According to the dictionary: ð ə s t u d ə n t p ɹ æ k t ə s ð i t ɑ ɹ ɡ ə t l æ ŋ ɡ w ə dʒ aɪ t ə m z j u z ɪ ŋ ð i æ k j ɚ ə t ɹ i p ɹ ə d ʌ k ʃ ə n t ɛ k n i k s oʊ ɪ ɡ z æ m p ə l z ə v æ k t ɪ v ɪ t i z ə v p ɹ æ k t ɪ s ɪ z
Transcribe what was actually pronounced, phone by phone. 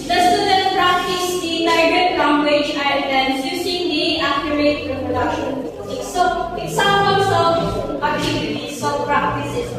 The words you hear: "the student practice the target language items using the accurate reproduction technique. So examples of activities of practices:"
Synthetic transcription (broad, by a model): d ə s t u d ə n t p ɹ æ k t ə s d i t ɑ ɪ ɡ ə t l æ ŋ ɡ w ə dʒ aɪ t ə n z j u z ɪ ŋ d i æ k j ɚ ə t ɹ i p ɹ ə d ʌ k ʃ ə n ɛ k i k s oʊ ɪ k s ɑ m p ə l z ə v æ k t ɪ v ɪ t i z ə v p ɹ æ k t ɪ s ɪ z